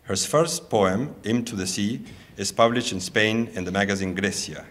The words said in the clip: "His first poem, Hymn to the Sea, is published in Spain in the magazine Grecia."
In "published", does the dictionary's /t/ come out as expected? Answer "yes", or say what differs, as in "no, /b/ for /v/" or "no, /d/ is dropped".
yes